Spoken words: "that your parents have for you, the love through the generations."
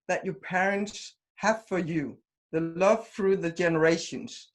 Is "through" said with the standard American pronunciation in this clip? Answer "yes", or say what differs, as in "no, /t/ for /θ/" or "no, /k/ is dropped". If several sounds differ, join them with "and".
yes